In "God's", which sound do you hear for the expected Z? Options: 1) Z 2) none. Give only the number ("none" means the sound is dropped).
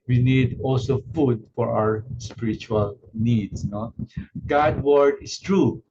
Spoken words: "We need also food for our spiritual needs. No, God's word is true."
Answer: 2